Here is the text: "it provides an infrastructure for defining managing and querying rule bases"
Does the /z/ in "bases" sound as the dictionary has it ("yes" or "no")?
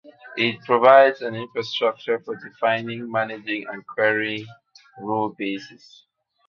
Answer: no